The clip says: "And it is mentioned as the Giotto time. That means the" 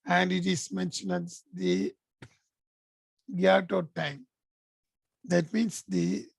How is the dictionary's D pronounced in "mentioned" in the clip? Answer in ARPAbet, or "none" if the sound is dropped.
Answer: none